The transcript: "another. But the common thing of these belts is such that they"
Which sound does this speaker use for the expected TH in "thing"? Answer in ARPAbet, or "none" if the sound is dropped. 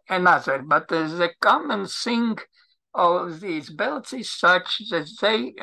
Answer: S